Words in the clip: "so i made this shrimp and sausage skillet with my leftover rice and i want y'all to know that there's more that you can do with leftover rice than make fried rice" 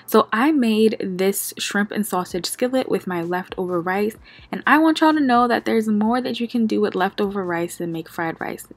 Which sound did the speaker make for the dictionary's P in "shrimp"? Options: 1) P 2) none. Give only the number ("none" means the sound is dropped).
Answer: 1